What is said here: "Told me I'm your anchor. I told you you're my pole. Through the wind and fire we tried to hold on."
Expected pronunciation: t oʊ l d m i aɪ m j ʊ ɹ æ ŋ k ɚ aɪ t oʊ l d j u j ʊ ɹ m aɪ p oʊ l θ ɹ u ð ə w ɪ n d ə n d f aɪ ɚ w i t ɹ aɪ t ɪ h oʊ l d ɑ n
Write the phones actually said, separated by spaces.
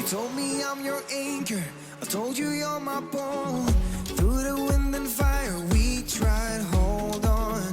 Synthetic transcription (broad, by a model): t oʊ l d m i aɪ m j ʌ ɹ æ ŋ k ɚ aɪ t oʊ l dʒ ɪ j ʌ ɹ m aɪ b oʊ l θ ɹ u ð ə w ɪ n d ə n f aɪ ɚ w i t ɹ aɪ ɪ h oʊ l d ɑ n